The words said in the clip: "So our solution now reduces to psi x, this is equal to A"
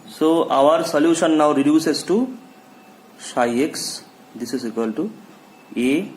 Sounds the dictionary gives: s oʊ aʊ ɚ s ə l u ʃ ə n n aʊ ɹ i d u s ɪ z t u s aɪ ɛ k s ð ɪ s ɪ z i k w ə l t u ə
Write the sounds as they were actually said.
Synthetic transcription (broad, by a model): s oʊ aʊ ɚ s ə l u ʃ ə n n aʊ ɹ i d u s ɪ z t u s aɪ ɛ k s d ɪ s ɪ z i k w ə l t u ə